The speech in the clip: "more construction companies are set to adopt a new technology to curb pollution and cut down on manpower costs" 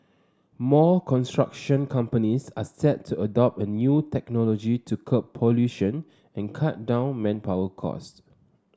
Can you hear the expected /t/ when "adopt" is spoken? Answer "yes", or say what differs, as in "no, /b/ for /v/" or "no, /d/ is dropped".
yes